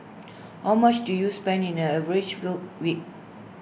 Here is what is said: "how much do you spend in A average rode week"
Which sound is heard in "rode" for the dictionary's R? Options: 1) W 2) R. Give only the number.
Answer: 1